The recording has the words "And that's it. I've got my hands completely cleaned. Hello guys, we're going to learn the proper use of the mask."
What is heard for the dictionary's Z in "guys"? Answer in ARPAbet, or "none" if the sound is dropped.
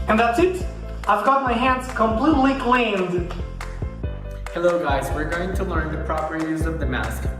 Z